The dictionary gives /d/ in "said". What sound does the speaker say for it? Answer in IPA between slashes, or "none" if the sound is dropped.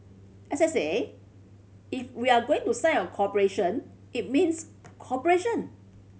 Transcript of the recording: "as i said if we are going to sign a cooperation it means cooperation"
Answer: none